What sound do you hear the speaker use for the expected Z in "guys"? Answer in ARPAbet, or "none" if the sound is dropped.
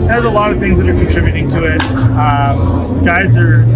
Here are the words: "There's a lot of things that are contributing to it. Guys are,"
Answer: Z